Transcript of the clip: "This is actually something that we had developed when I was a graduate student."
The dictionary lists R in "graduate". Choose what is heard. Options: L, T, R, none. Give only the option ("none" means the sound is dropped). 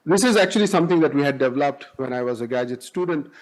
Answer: none